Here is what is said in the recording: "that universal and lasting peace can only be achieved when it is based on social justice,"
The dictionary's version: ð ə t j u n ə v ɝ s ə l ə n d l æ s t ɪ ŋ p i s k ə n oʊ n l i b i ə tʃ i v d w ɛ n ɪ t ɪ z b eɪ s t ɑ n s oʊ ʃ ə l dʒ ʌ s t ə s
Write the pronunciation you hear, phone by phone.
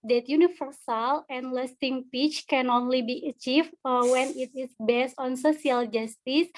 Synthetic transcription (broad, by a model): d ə t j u n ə f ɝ s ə l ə n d l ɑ s t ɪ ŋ p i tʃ k ə n oʊ n l i b i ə tʃ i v w ɛ n ɪ t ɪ s b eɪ s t ɑ n s oʊ s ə l dʒ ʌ s t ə s